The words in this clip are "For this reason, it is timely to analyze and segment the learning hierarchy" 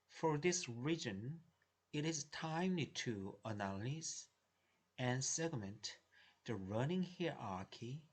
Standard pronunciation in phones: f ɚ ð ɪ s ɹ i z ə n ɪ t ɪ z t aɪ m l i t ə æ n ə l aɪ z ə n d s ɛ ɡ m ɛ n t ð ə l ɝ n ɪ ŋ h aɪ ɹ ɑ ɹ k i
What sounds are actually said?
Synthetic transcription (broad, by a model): f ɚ ð ɪ s ɹ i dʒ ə n ɪ t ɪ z t aɪ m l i t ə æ l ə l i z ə n s ɛ ɡ m ɛ n t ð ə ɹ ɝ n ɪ ŋ h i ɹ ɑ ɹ k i